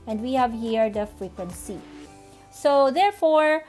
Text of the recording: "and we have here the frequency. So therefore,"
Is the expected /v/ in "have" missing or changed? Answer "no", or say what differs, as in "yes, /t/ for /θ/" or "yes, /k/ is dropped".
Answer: no